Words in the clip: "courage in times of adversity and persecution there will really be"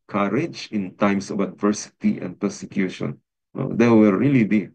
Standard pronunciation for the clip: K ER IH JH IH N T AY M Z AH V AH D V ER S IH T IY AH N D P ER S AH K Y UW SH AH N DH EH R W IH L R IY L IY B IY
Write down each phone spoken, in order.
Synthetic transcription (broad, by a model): K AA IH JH IH N T AY M S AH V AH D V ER S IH T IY AH N D P ER S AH K Y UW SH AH N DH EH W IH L R IY L IY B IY